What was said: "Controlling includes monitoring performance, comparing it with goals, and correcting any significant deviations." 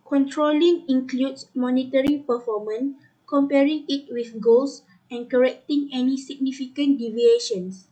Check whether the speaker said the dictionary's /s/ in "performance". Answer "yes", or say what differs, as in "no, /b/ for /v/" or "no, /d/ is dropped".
no, /s/ is dropped